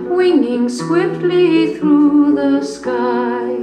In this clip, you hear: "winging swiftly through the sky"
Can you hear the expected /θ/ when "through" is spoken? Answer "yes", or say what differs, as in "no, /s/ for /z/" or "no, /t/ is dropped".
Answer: yes